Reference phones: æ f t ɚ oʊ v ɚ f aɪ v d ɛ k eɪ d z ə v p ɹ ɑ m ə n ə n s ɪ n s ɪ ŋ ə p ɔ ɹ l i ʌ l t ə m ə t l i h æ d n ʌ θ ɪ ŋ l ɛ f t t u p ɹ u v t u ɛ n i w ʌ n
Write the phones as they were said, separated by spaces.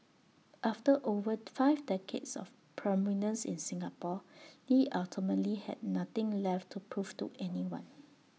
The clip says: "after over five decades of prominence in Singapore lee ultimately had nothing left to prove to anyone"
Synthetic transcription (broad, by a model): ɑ f t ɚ oʊ v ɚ f aɪ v d ɛ k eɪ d s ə f p ɹ ɑ m ə n ə n s ɪ n s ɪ ŋ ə p ɔ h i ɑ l t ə m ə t l i h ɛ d n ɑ t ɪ ŋ l ɛ f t t u p ɹ u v t u ɛ n i w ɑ n